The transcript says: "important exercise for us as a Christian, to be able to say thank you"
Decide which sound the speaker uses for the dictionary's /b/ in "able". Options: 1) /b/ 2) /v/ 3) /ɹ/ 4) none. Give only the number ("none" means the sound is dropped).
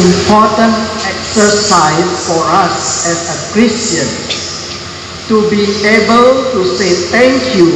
1